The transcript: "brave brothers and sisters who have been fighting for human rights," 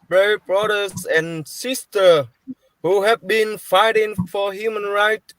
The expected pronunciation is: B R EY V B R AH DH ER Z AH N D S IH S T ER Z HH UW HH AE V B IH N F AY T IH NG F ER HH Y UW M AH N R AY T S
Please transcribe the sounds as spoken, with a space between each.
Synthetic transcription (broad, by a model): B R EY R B R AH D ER S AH N S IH S T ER HH UW HH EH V B IH N F AY T IH NG F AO HH Y UW M AH N R AY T